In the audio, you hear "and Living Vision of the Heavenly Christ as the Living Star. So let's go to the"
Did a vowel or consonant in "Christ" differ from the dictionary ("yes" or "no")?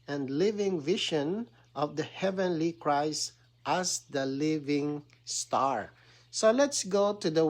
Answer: no